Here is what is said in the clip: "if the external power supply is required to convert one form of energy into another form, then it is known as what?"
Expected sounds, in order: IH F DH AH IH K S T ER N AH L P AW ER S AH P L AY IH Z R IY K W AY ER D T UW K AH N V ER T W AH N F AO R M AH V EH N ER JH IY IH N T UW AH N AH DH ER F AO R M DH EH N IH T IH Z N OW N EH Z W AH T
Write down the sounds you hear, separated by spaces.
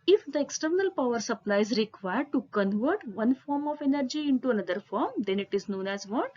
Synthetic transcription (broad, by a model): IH F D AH IH K S T ER N AH L P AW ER S AH P L AY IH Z R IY K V AY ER D T UW K AH N V ER T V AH N F AO R M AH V EH N ER JH IY IH N T UW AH N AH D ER F AO R M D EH N IH T IH Z N OW N EH Z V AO T